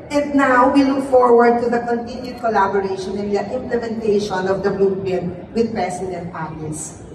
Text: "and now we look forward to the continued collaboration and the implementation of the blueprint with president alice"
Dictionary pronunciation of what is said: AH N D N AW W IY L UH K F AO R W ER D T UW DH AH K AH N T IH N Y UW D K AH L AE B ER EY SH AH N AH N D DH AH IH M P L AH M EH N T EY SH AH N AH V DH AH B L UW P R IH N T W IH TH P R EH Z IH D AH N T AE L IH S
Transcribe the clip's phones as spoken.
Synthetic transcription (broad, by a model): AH N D N AW W IY L UH K F AO R W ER D T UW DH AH K AH N T IH N Y UW D K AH L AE B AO EY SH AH N AH N D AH IH M P L AH M EH N T EY SH AH N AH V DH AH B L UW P IH N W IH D P R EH S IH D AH N T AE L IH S